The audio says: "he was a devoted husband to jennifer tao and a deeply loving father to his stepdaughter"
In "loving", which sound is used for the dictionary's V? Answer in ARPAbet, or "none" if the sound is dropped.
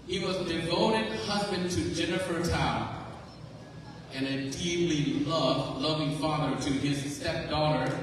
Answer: V